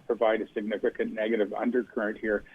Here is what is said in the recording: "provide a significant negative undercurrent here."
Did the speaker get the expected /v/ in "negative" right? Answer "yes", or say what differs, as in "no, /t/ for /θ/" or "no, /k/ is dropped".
yes